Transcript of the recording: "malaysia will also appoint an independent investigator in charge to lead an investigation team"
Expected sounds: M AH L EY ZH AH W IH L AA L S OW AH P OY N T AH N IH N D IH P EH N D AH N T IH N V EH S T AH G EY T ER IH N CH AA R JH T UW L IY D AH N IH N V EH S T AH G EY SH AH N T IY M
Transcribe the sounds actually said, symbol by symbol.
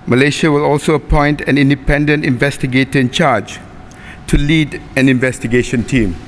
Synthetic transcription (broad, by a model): M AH L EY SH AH W IH L AA L S OW AH P OY N T AH N IH N D IH P EH N D AH N T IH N V EH S T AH G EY T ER IH N CH AA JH T UW L IY D AH N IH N V EH S T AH G EY SH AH N T IY M